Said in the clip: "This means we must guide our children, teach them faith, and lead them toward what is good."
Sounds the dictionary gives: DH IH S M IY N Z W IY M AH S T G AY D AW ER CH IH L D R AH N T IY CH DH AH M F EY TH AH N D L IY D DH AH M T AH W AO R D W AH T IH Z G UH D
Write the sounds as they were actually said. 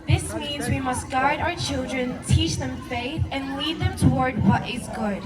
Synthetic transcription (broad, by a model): DH IH S M IY N Z W IY M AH S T G AY D AW ER CH IH L D R AH N T IY CH DH AH M F EY TH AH N L IY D DH AH M T AH W AO R D W AH T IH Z G UH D